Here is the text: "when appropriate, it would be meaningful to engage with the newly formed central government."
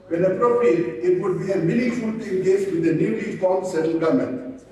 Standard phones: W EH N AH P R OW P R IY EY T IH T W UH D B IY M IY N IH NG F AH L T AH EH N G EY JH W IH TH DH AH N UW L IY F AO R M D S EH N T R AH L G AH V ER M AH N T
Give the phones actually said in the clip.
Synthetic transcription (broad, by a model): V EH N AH P R OW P R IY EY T IH T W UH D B IY M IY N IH F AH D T EH N G EY JH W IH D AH N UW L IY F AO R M S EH T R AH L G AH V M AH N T